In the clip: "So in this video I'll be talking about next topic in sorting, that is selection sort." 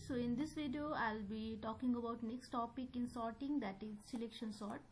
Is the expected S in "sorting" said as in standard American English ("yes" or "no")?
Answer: yes